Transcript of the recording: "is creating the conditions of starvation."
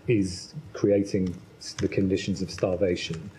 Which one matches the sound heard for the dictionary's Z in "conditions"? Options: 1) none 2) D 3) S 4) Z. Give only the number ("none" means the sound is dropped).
4